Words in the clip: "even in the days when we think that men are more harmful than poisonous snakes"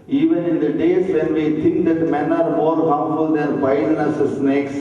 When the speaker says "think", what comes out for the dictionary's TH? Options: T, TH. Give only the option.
T